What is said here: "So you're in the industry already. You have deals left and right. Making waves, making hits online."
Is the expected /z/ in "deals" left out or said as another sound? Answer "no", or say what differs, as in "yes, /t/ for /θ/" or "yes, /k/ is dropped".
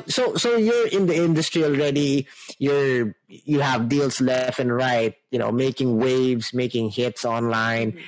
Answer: yes, /s/ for /z/